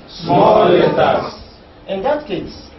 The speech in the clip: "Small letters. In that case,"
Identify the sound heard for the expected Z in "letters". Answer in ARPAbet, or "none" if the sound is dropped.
none